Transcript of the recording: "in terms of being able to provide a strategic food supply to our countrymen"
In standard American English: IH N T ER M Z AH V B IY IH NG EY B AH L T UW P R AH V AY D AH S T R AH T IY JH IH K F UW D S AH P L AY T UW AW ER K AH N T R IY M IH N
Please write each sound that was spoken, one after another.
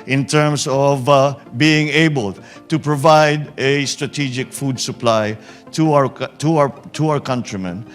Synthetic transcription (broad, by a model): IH N T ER M S AH V B IY IH NG EY B AH L T UW P R AH V AY D AH S T R AH T IY JH IH K F UW D S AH P L AY T UW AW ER K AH N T R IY M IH N